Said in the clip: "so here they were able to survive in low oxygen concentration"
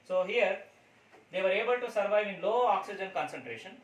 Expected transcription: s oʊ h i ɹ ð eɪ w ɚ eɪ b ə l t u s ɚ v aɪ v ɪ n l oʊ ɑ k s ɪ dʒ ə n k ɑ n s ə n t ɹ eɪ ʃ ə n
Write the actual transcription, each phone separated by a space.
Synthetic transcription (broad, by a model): s oʊ h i ɹ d eɪ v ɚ eɪ b ə l t u s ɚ v aɪ v ɪ n l oʊ ɑ k s ɪ dʒ ə n k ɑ n s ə n t ɹ eɪ ʃ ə n